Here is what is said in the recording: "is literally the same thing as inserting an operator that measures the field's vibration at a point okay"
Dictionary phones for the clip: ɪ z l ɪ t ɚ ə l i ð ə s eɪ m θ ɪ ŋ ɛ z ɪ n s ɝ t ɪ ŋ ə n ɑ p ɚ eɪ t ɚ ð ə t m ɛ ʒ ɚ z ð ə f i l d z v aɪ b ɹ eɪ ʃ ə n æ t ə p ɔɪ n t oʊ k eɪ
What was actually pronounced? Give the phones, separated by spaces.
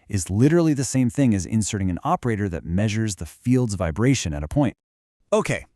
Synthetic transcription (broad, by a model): ɪ z l ɪ t ɚ l i ð ə s eɪ m θ ɪ ŋ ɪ z ɪ n s ɝ t ɪ ŋ ə n ɑ p ɚ eɪ t ɚ ð ə t m ɛ ʒ ɚ z ð ə f i l d z v aɪ b ɹ eɪ ʃ ə n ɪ t ə p ɔɪ n t oʊ k eɪ